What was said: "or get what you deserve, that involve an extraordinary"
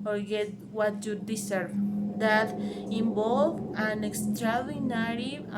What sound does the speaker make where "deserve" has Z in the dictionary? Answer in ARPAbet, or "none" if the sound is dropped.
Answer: S